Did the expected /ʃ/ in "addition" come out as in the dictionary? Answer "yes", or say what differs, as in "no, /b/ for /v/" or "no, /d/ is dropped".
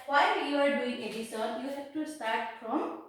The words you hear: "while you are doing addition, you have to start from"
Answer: no, /s/ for /ʃ/